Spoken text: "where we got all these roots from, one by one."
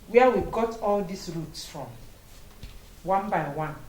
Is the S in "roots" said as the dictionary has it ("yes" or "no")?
yes